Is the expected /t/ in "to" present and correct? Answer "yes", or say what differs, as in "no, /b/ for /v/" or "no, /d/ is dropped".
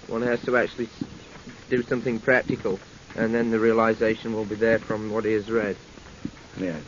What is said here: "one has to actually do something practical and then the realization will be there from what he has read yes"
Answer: yes